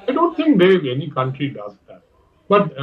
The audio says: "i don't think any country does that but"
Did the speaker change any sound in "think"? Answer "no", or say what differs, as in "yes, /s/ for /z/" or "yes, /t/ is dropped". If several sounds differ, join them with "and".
yes, /t/ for /θ/